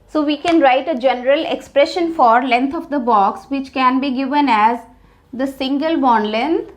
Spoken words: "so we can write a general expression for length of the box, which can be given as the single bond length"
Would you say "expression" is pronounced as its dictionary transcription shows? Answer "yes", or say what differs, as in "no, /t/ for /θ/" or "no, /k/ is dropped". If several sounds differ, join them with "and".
yes